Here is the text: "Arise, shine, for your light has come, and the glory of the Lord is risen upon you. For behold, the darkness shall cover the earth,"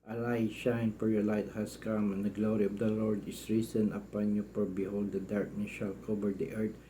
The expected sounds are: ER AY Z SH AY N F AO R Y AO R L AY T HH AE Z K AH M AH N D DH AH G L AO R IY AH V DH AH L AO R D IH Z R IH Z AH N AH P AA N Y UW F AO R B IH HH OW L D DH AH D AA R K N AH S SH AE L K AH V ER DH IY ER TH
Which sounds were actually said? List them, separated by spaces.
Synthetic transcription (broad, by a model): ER AY SH AY N F AO R Y AO R L AY T HH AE S K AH M AH N D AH G L AO R IY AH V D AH L AO R D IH S R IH S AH N AH P AA N Y UW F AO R B IH HH OW L D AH D AA R K N AH S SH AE L K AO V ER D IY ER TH